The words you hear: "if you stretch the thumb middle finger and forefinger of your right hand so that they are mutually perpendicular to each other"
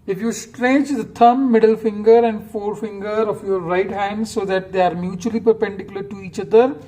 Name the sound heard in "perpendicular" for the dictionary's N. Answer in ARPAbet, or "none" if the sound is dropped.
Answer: N